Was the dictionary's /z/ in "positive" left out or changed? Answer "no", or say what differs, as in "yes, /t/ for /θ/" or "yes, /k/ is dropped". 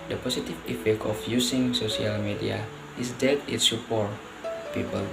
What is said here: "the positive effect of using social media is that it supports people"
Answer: yes, /s/ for /z/